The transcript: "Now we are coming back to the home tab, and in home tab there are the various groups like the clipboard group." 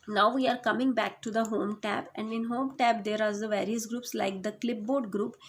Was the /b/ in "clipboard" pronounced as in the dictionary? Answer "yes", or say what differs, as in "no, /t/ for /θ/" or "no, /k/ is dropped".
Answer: yes